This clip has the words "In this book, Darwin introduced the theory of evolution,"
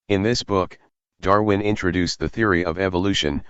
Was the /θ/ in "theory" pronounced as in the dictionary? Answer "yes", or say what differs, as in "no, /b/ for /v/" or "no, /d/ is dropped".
yes